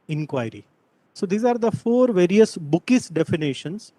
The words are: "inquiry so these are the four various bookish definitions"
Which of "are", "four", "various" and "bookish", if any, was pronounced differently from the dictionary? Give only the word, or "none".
bookish